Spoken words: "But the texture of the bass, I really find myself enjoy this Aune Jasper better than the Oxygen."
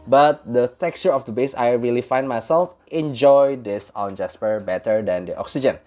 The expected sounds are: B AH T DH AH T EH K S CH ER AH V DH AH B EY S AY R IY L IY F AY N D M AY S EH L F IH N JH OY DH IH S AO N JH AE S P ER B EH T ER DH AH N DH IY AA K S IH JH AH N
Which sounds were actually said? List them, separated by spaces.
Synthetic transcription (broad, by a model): B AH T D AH T EH K S CH ER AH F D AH B EY S AY R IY L IY F AY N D M AY S EH L F IH N JH OY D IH S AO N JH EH S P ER B EH T ER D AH N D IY AA K S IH JH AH N